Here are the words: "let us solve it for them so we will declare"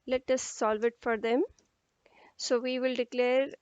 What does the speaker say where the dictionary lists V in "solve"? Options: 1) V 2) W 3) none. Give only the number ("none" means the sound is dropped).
1